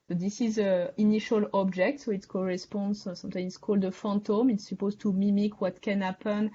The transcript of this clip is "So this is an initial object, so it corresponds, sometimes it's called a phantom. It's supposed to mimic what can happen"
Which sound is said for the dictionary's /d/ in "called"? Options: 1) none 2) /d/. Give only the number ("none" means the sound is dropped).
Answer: 2